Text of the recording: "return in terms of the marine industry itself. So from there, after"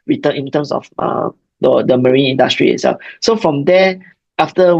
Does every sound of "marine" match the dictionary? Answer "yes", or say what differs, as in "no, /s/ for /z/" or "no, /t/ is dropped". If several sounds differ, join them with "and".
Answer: yes